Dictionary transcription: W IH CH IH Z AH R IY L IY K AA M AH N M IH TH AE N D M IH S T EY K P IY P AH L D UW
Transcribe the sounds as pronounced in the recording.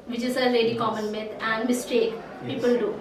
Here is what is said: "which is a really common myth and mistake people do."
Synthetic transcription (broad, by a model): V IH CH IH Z AH L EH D IY K AA M AH N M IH T AE N D M IH S T EY K P IY P AH L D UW